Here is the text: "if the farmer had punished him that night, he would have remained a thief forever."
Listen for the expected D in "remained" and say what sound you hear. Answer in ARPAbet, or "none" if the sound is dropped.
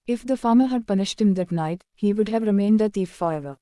D